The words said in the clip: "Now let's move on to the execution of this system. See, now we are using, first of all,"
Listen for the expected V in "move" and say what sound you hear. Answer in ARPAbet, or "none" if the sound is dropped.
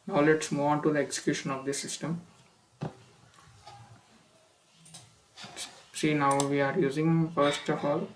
none